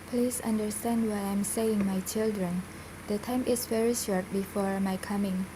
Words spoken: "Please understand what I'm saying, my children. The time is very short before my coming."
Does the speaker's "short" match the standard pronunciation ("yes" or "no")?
yes